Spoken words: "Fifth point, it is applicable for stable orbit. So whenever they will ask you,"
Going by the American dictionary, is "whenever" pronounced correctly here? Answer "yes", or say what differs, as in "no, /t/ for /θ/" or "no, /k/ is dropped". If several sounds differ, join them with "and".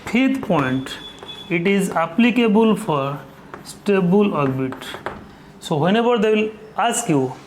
no, /b/ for /v/